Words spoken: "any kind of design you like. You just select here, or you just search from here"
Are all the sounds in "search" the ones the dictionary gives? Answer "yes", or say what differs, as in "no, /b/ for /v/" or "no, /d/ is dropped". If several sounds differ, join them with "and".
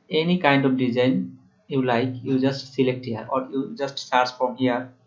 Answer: no, /s/ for /tʃ/